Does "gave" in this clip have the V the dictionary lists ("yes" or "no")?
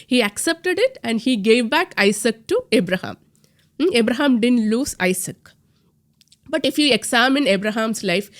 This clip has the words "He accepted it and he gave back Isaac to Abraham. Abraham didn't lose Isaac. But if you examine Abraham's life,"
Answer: yes